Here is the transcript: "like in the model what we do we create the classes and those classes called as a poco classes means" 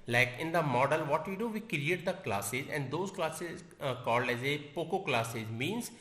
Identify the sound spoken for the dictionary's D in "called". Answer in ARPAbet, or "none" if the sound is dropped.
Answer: D